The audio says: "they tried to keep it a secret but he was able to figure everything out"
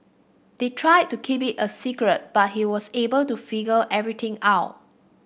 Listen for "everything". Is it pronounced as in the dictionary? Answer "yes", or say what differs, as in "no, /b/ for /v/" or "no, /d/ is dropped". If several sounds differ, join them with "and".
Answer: no, /t/ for /θ/